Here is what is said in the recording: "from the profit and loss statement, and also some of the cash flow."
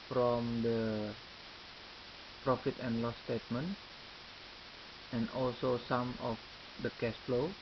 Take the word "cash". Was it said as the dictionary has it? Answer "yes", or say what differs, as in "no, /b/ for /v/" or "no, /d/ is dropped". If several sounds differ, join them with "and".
no, /s/ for /ʃ/